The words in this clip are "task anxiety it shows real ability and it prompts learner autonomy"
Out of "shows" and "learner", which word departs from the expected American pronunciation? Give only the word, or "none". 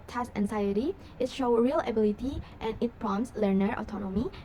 shows